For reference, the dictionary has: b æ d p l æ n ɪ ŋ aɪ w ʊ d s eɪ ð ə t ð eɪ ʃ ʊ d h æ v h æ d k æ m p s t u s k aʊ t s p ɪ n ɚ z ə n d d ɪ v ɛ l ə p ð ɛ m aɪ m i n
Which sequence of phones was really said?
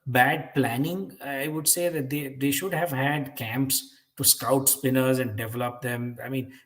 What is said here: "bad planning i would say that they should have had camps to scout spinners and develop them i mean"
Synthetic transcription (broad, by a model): b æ d p l æ n ɪ ŋ aɪ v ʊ d s eɪ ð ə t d eɪ ʃ ʊ d h æ v h æ d k æ m p s t u s k aʊ t s p ɪ n ɚ z ə n d d ɪ v ɛ l ə p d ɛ m aɪ m i n